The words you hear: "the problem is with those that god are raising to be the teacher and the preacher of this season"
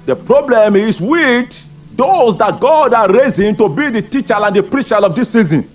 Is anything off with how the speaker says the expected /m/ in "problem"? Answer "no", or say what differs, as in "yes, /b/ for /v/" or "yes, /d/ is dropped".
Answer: no